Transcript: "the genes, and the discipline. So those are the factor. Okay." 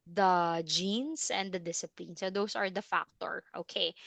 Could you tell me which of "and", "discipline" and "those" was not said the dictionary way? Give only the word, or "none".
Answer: those